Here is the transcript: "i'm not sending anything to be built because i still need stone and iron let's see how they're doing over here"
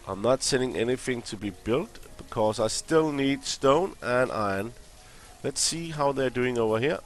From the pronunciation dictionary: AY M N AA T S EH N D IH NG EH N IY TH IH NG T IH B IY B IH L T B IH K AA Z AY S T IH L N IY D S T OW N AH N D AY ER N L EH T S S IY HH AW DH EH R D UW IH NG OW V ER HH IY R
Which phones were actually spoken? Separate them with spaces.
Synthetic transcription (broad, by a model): AY M N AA T S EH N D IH NG EH N IY TH IH NG T IH B IY B IH L T B IH K AA Z AY S T IH L N IY D S T OW N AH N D AY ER N L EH T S S IY HH AW DH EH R D UW IH NG OW V ER HH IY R